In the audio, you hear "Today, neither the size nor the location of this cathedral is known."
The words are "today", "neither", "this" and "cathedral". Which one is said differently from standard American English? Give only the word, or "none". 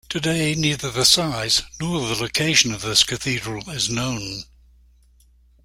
none